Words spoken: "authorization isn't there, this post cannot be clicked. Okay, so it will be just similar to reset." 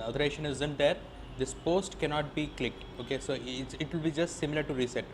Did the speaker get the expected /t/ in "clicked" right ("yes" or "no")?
yes